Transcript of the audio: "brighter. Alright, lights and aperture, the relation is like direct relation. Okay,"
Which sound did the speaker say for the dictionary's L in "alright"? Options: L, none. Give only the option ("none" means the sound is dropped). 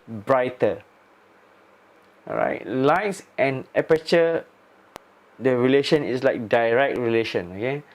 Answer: none